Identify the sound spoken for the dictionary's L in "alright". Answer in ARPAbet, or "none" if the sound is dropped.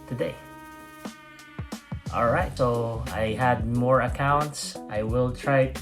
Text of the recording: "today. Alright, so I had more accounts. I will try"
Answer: L